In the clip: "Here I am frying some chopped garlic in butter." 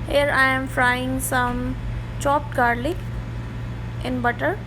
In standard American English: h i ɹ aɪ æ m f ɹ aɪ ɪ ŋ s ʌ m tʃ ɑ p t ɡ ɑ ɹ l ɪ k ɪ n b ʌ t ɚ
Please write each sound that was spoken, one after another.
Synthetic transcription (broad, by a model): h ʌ ɹ aɪ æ m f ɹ aɪ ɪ ŋ s ʌ m tʃ ɑ p t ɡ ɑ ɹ l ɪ ɪ n b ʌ t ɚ